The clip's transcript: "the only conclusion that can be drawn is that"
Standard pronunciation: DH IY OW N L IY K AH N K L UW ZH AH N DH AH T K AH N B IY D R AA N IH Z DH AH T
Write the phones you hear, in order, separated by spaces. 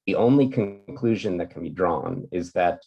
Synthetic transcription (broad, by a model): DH IY OW N L IY K AH N K L UW ZH AH N DH AH T K N B IY D R AA N IH Z DH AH T